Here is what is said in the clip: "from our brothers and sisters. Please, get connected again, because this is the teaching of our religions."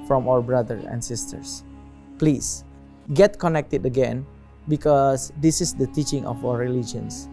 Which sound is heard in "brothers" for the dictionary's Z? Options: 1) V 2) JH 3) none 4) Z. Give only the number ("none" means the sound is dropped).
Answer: 3